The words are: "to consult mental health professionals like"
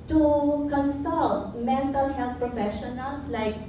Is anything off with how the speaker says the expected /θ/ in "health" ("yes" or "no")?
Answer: yes